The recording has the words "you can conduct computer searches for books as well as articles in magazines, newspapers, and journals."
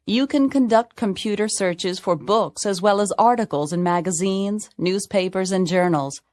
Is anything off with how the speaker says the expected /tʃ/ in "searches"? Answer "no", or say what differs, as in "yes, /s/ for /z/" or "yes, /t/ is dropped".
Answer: no